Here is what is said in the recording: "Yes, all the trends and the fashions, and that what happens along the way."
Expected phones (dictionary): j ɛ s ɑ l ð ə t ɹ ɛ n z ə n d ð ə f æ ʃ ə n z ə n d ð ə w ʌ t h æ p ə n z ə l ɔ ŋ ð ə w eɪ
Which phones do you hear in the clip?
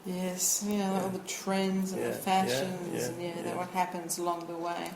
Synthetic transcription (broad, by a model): j ɛ s ɑ l ð ə t ɹ ɛ n z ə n ð ə f æ ʃ ə n z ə n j ð ə w ʌ t h æ p ə n z ə l ɔ ŋ ð ə w eɪ